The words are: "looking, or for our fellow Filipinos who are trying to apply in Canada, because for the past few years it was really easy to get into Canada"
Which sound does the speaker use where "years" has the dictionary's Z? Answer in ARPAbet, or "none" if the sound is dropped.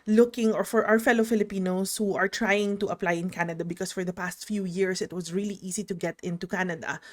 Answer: S